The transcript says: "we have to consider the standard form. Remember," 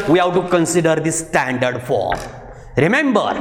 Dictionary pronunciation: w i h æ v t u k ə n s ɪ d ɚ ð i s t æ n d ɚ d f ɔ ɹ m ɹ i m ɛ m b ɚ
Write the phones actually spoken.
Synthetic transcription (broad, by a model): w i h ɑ w t u k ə n s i d ɚ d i s t æ n d ɚ d f ɔ ɹ m ɹ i m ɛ m b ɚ